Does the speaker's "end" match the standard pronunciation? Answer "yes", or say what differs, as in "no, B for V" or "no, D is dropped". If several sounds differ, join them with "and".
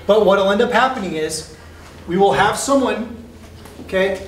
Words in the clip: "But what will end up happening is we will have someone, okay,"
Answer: yes